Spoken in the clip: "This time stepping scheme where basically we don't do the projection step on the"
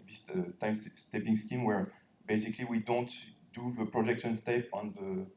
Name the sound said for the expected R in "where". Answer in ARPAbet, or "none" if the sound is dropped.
R